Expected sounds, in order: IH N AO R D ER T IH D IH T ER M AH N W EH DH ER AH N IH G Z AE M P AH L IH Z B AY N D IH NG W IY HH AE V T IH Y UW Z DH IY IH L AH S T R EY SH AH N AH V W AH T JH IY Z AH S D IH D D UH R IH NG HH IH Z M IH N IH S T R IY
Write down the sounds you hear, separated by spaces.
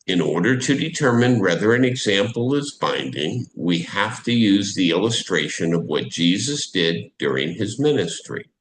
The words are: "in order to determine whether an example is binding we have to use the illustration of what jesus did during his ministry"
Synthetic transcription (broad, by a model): IH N AO R D ER T IH D IH T ER M AH N W EH DH ER AH N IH G Z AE M P L IH Z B AY N D IH NG W IY HH AE F T IH Y UW Z DH IY IH L AH S T R EY SH AH N AH V W AH T JH IY Z AH S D IH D D UH R IH NG IH Z M IH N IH S T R IY